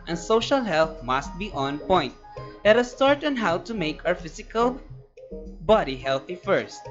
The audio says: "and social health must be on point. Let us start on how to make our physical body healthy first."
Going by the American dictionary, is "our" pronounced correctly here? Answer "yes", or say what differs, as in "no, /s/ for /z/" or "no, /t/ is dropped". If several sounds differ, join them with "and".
no, /w/ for /ɹ/